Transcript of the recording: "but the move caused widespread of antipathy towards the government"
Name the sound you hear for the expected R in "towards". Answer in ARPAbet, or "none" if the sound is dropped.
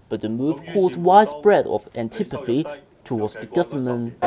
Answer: W